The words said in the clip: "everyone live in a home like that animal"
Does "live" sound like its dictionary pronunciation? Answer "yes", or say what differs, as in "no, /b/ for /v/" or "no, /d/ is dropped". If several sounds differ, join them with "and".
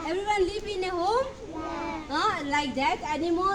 no, /p/ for /v/